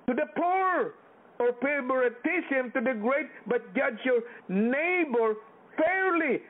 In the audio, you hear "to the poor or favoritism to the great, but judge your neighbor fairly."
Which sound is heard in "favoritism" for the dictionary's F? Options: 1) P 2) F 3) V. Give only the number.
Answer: 1